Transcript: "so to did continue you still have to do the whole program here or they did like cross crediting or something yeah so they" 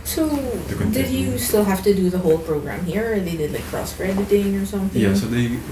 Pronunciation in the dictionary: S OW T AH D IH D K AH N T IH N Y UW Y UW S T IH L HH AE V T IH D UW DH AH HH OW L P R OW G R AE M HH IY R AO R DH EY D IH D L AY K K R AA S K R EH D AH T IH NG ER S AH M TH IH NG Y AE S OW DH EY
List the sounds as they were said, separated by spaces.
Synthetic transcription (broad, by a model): S OW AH D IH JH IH S T IH L HH AE F T IH D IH DH AH HH OW L P R OW G R AE M HH IY R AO R DH EY D IH D L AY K K R AA S K R EH D AH T IH NG ER S AH M TH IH Y AE S OW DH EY